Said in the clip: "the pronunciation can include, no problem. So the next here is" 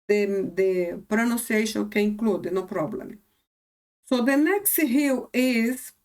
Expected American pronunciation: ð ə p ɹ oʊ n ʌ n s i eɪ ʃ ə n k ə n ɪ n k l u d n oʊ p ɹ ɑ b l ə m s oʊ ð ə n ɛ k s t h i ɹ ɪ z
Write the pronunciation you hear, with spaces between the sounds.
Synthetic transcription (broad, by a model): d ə p ɹ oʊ n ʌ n s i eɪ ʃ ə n k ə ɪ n k l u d n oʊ p ɹ ɑ b l ə m s oʊ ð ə n ɛ k s t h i w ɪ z